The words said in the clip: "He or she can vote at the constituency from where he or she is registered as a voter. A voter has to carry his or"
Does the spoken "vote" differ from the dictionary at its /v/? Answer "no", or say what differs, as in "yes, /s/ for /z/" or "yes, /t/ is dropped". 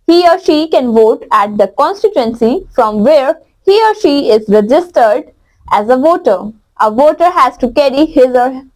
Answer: no